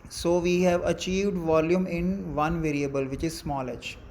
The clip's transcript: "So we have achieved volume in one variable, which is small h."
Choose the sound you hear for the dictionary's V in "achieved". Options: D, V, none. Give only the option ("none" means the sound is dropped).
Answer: V